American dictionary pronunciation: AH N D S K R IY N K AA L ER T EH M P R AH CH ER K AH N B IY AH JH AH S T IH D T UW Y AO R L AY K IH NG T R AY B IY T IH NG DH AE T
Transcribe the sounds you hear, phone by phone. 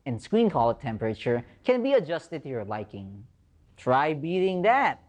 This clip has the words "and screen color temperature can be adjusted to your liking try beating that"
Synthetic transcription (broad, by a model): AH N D S K W IY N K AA L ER T EH M P R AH CH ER K AH N B IY AH JH AH S T IH D T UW Y AO R L AY K IH NG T R AY B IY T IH NG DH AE T